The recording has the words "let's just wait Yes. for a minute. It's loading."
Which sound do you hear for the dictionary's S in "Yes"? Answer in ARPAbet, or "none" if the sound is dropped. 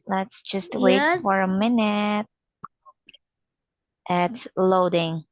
none